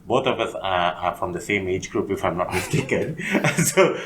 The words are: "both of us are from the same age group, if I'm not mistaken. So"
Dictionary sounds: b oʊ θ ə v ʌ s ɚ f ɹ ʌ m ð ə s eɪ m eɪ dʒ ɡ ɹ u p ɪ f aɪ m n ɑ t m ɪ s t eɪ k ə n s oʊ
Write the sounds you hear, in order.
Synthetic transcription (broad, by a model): b oʊ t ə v ʌ s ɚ f ɹ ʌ m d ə s eɪ m eɪ dʒ ɡ ɹ u p ɪ f aɪ m n ɑ t m ɪ s t eɪ k ə n s oʊ